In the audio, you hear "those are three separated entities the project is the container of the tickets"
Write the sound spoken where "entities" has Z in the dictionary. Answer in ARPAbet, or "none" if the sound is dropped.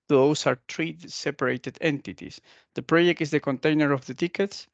S